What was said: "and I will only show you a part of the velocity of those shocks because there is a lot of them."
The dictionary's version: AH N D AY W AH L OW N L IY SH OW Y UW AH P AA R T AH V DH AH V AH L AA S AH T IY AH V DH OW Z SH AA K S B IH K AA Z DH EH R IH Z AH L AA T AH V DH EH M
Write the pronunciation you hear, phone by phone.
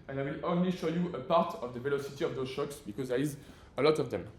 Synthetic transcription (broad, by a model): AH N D AY W AH L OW N L IY SH OW Y UW AH P AA R T AH V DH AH V AH L AA S AH T IY AH V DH OW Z SH AA K S B IH K AA Z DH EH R IH Z AH L AA T AH V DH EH M